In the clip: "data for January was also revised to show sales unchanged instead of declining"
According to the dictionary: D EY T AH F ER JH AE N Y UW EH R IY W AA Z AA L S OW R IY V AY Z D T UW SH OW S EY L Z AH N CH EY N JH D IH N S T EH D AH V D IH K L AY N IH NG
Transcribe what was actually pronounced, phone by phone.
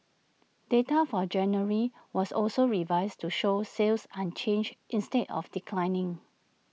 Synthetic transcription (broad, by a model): D EY T AH F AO JH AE N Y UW R IY W AA S AA L S OW R IY V AY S T UW SH OW S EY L S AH N CH EY N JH IH N S T EH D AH F D IH K L AY N IH NG